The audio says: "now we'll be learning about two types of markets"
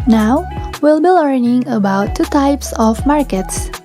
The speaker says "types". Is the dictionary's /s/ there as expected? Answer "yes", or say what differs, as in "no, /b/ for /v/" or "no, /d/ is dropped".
yes